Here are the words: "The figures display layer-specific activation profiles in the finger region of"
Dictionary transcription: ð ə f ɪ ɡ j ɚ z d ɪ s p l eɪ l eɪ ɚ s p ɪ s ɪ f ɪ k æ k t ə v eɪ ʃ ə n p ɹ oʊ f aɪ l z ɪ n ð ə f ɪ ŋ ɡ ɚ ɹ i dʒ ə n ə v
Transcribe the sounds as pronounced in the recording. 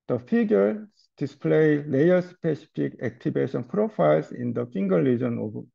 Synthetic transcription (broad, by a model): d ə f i ɡ j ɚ d ɪ s p l eɪ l eɪ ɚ s p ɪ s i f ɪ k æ k t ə b eɪ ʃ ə n p ɹ oʊ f aɪ l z ɪ n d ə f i ŋ ɡ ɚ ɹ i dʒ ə n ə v